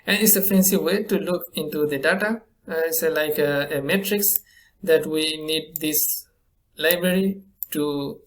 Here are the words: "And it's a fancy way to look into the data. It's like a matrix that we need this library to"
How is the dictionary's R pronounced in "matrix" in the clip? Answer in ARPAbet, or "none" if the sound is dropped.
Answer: R